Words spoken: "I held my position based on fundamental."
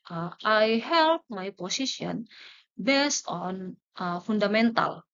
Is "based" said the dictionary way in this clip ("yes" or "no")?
yes